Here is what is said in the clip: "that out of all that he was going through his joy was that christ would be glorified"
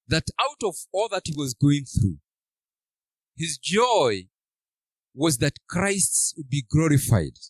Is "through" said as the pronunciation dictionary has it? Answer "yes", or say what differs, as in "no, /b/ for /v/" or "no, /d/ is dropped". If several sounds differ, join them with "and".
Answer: yes